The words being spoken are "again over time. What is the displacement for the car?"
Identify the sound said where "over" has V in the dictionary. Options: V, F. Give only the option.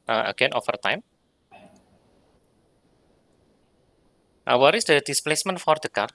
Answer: F